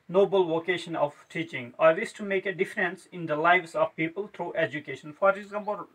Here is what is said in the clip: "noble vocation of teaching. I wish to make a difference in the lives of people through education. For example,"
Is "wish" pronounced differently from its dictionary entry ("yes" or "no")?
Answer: yes